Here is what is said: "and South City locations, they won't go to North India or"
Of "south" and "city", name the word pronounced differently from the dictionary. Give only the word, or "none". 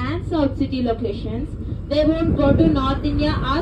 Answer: south